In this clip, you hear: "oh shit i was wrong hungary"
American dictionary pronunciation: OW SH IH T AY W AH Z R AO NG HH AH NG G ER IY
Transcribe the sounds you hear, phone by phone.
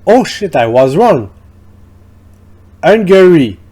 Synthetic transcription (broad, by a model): OW SH IH T AY W AH Z R AO NG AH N G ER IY